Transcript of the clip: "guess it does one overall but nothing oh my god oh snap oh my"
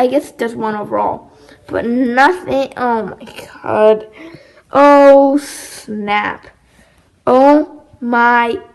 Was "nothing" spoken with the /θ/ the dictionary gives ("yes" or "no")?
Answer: yes